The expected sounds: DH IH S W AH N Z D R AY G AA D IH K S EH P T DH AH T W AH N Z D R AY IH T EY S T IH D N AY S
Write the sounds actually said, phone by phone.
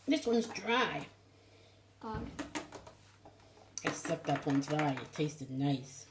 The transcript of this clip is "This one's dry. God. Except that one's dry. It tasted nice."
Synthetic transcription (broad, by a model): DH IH S W AH N Z D R AY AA IH S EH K T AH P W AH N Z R AY IH T EY S T IH D N AY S